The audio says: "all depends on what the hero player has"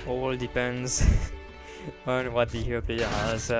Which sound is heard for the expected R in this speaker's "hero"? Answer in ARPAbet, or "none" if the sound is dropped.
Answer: none